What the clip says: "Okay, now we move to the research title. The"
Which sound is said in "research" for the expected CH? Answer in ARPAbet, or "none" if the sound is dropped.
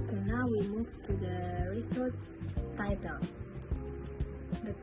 S